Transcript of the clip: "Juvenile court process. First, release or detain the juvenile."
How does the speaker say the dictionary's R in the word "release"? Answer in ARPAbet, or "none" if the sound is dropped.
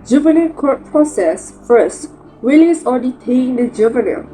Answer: W